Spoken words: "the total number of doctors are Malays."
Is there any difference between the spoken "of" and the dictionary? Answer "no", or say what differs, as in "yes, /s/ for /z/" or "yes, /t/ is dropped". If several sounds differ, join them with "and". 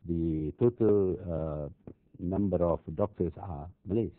yes, /f/ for /v/